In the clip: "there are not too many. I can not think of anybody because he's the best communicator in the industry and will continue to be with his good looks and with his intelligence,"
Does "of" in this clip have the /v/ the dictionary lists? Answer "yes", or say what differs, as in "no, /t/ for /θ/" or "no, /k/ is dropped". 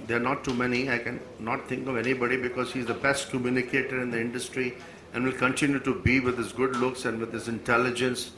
yes